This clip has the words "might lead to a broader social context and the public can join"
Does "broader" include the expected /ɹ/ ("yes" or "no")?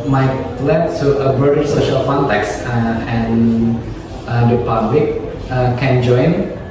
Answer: no